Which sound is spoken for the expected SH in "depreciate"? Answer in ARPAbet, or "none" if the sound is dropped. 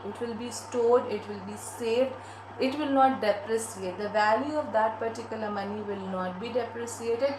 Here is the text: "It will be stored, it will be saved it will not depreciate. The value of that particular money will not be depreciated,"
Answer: S